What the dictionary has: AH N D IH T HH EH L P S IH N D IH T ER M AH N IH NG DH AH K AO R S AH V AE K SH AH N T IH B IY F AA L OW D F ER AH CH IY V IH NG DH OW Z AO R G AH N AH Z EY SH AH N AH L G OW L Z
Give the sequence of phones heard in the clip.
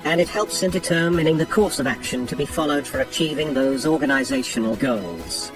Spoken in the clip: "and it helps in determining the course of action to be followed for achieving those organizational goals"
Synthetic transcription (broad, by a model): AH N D IH T HH EH L P S IH N D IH T ER M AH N IH NG DH AH K AO R S AH V AE K SH AH N T IH B IY F AA L OW D F ER AH CH IY V IH NG DH OW Z AO R G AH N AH Z EY SH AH N L G OW L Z